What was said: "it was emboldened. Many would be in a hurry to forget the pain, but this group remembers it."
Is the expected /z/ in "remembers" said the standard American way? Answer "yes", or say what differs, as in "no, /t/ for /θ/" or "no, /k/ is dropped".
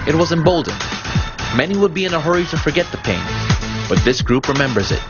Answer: yes